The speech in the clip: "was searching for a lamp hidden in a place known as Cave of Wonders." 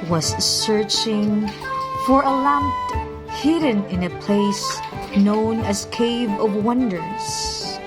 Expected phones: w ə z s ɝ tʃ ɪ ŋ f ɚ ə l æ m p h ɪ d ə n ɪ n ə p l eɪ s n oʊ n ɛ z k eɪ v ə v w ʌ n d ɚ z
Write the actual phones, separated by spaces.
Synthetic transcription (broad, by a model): w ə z s ɝ tʃ ɪ ŋ f ɚ ə l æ m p h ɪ d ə n ɪ n ə p l eɪ s n oʊ n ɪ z k eɪ v ə v w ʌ n d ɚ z